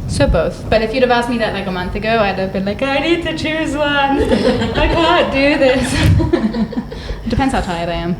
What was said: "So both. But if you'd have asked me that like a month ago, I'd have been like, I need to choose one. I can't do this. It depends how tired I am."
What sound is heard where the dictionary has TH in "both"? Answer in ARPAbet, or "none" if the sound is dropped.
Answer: TH